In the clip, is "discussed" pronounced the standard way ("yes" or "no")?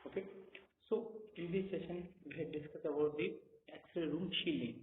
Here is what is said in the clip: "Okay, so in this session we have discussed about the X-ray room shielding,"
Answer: no